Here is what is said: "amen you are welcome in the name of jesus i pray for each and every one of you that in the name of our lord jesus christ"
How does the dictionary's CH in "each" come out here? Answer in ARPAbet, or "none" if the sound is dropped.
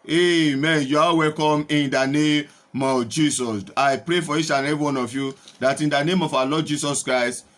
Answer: SH